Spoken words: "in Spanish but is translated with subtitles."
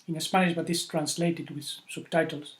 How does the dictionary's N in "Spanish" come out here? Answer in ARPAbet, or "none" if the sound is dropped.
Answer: none